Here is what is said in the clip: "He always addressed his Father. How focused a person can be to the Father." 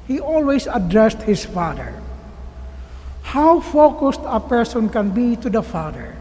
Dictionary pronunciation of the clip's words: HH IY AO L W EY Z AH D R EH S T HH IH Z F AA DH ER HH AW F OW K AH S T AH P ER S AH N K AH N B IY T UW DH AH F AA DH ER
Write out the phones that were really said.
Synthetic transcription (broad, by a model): HH IY AO L W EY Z AH D R EH S T HH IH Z F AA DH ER HH AW F OW K AH S T AH P ER S AH N K AH N B IY T UW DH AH F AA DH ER